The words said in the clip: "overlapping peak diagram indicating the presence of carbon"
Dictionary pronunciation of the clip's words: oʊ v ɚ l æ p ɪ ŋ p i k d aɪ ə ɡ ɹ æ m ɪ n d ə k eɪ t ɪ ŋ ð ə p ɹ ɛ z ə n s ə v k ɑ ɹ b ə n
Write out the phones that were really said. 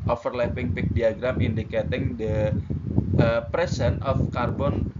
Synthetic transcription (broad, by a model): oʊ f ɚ l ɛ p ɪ ŋ p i k d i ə ɡ ɹ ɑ m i n d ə k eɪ t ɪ ŋ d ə p ɹ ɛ s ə n ə f k ɑ ɹ b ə n